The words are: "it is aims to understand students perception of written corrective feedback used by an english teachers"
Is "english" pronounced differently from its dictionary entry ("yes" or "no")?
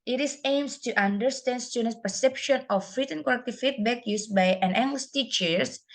yes